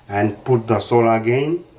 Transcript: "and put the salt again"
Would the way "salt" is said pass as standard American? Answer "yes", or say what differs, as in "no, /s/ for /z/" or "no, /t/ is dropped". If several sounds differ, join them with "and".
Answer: no, /t/ is dropped